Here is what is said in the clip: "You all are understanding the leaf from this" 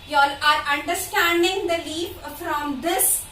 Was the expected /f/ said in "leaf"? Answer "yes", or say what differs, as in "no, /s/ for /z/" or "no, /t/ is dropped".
no, /p/ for /f/